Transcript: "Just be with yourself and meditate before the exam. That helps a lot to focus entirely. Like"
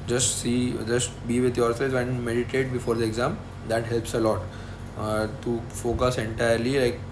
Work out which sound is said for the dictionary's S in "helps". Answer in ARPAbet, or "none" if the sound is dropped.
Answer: S